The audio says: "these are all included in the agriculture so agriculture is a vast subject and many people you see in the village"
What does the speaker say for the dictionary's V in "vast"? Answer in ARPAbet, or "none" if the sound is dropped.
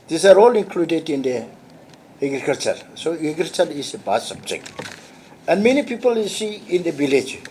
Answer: B